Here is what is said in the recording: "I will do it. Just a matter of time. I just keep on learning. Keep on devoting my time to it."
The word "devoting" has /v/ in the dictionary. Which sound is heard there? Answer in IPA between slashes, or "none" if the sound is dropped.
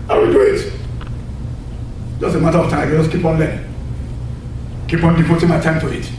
/f/